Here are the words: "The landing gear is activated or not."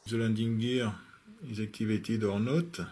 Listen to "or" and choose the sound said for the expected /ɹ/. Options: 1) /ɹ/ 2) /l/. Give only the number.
1